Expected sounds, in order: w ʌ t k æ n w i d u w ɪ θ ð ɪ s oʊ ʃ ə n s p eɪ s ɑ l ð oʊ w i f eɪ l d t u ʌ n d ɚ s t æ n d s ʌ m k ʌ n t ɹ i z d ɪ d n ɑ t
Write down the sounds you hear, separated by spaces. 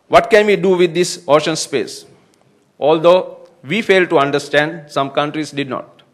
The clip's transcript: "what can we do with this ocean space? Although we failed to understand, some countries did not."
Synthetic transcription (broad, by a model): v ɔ t k æ n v i d u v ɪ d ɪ s oʊ ʃ ə n s p eɪ s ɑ l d oʊ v i f eɪ l d t u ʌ n d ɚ s t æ n d s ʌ m k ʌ n t ɹ i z d ɪ d n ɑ t